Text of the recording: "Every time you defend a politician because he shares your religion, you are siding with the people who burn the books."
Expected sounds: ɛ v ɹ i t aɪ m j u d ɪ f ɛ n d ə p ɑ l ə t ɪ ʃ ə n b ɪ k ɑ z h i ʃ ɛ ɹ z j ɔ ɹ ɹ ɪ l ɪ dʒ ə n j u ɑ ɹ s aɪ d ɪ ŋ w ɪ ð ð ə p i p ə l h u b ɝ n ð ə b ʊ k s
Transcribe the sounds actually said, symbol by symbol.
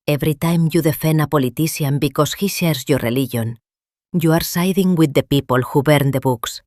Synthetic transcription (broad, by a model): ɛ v ɹ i t aɪ m j u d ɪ f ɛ n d ə p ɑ l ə t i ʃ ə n b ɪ k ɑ s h i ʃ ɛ ɹ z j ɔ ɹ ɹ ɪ l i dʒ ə n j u ɑ ɹ s aɪ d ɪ ŋ w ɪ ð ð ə p i p ə l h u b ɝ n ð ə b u k s